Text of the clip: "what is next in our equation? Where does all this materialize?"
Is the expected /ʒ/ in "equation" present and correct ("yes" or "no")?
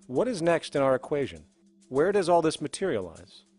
yes